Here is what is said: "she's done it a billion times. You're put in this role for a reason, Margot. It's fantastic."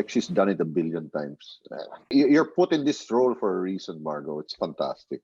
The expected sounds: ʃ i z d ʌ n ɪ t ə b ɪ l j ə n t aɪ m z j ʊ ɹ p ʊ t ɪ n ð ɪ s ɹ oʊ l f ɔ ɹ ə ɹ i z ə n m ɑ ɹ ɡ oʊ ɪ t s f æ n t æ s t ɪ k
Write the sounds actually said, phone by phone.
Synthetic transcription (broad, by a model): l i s d ʌ n ɪ t ə b ɪ l j ə n t aɪ m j j ʊ ɹ p ʊ t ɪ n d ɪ s ɹ oʊ l f ɔ ɹ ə ɹ i s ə n m ɑ ɹ ɡ oʊ ɪ t s f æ n t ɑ s t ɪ k